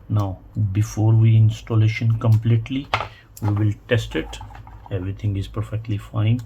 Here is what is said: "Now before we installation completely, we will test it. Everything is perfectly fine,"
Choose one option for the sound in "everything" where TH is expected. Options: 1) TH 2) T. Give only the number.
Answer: 2